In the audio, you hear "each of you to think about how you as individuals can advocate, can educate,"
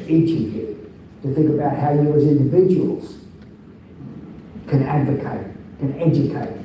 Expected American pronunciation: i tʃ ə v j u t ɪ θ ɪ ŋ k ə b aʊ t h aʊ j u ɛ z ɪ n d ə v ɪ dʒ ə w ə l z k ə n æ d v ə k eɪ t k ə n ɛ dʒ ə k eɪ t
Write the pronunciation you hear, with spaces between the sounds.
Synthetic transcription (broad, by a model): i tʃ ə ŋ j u t ɪ θ ɪ ŋ k ə b aʊ t h aʊ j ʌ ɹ z ɪ n d ə v ɪ dʒ ə w ə l z k ə n æ d v ə k eɪ t k ə n ɛ dʒ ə k eɪ t